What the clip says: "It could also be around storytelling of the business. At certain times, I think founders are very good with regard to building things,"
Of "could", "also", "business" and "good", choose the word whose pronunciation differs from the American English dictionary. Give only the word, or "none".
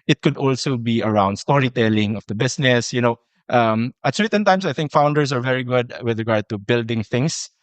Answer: business